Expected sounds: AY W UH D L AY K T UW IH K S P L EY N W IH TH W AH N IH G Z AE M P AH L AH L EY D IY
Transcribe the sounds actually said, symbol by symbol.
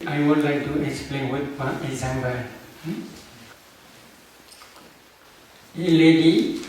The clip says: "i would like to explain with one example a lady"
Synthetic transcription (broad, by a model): AY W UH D L AY K T UW IH K S P L EY N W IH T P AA IH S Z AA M B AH AH L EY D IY